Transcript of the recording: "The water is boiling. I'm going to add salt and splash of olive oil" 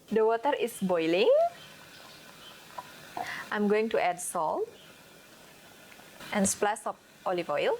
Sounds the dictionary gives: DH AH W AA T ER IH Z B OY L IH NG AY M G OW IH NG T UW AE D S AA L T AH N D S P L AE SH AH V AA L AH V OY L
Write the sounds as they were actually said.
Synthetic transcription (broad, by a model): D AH W AA T ER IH S B OY L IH NG AY M G OW IH NG T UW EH D S AA L T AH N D S P L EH S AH P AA L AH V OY L